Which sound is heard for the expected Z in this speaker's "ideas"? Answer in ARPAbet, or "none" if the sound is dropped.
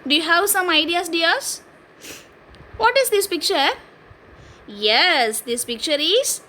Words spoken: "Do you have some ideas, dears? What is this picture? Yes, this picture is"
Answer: S